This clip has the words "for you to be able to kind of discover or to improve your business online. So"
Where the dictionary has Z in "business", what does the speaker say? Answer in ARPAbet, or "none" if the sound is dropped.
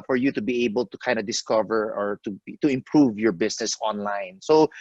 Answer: S